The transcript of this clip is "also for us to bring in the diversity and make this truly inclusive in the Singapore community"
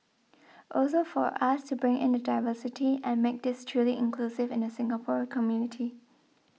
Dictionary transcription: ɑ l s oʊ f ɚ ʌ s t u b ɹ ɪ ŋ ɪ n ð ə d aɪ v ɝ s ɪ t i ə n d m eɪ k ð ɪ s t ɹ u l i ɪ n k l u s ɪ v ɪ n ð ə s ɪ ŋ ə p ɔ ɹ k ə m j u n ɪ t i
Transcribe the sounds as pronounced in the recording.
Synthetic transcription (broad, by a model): ɑ l s oʊ f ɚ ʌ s t u b ɹ ɪ ŋ ɪ n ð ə d aɪ v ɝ s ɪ t i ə n m eɪ k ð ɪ s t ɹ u l i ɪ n k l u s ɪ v ɪ n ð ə s ɪ ŋ ə p ɔ ɹ k ə m j u n ɪ t i